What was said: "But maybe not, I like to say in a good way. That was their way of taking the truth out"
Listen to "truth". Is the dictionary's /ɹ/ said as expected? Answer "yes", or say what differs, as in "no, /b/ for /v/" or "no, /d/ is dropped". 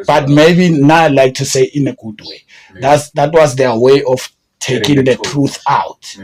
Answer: yes